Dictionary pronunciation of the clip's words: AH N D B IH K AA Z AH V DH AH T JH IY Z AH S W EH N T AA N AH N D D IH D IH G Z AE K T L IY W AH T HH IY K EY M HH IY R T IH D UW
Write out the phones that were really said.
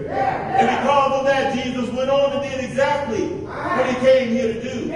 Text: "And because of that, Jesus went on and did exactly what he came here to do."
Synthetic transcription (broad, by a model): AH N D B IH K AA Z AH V DH AH T JH IY Z AH S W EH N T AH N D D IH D IH G Z AE K T L IY W AH T HH IY K EY M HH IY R T IH D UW